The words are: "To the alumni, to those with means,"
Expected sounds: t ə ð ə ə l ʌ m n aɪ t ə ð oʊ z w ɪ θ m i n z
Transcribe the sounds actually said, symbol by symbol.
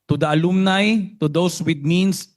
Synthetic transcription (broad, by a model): t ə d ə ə l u m n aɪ t ə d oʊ s w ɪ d m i n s